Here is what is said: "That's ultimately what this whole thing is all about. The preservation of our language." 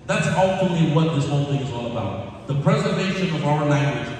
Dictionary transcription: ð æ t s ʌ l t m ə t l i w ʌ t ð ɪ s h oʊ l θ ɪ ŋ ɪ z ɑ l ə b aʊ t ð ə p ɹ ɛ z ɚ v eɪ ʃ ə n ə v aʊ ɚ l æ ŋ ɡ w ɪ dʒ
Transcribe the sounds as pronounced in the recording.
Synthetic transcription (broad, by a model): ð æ t s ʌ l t ə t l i w ʌ t ð ɪ s h oʊ l θ ɪ ŋ ɪ z ɑ l ə b aʊ t ð ə p ɹ ɛ z ɚ v eɪ ʃ ə n ə v aʊ ɚ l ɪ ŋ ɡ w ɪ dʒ